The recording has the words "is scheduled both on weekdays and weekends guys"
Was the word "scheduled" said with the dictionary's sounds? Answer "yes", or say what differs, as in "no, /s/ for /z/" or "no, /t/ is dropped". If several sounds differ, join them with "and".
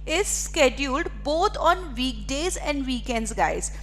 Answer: yes